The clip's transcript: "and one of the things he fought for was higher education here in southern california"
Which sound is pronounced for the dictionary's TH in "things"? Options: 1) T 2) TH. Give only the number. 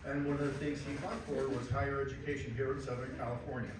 2